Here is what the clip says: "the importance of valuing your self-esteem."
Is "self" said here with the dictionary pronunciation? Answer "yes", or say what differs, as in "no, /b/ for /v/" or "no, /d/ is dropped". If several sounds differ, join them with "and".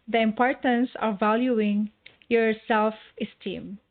yes